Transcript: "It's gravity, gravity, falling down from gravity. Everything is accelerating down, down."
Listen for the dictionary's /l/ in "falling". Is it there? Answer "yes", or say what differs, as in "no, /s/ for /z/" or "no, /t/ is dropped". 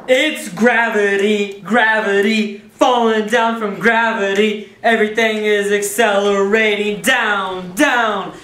yes